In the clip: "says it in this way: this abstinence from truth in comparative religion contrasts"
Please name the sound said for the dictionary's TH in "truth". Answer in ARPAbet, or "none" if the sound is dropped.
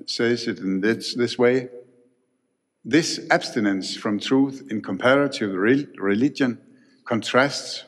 TH